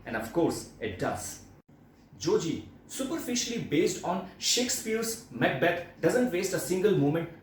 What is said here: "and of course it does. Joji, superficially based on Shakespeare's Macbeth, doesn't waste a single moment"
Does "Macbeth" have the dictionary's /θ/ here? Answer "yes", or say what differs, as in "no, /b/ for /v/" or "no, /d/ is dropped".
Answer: no, /t/ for /θ/